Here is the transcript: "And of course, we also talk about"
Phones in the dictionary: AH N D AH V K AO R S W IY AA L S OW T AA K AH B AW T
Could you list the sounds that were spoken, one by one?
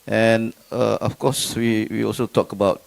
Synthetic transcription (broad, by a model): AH N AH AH F K AO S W W IY AA L S OW T AA K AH B AW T